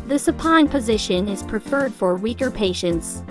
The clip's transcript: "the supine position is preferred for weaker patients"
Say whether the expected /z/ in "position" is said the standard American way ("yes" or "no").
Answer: yes